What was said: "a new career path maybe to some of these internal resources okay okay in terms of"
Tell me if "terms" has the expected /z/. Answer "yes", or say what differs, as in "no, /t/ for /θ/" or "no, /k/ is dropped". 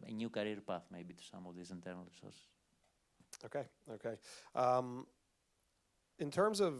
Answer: yes